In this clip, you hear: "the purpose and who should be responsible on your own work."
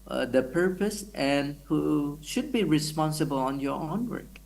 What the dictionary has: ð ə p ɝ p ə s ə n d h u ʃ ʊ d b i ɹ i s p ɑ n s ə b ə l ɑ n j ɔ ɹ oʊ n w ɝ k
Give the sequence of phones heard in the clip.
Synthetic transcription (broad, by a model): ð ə p ɝ p ə s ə n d h u ʃ ʊ d b i ɹ i s p ɑ n s ə b ə l ɑ n j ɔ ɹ oʊ n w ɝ k